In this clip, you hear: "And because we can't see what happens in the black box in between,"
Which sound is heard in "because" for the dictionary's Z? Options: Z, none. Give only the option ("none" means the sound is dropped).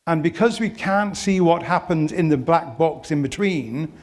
Z